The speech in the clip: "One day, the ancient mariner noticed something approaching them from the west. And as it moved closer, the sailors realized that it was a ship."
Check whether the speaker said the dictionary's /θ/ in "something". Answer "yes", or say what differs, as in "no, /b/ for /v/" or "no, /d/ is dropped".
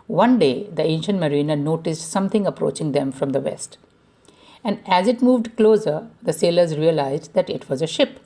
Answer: no, /t/ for /θ/